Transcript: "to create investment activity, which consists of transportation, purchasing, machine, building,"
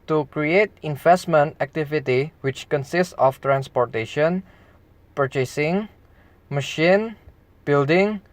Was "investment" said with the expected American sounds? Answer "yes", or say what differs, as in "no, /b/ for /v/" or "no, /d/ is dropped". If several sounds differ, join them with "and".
yes